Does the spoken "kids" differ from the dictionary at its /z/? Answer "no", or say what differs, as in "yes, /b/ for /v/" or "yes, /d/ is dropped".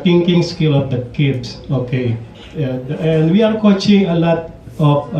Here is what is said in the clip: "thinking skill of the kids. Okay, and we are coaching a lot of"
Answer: yes, /s/ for /z/